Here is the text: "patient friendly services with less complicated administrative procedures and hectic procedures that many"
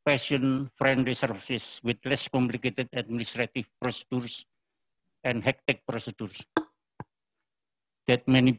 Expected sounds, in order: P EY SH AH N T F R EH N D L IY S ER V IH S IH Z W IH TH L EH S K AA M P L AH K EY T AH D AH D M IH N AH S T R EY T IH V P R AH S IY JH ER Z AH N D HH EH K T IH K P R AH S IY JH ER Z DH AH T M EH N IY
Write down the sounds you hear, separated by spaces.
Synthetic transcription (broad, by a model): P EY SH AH N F R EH N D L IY S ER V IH S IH S W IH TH L EH S K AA M P L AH K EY T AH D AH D M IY N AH S T R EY T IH F P R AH S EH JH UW S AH N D HH EH K T IH K P R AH S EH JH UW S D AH T M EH N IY